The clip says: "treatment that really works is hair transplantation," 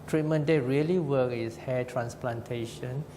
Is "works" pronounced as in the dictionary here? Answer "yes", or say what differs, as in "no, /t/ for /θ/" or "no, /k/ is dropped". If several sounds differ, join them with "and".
no, /s/ is dropped